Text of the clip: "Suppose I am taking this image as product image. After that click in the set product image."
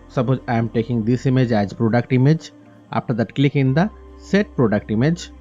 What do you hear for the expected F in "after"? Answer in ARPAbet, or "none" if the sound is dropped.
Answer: P